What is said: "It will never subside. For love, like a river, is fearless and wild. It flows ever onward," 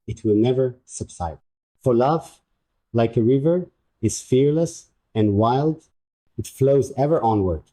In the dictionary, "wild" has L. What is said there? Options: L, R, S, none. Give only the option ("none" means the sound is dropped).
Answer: L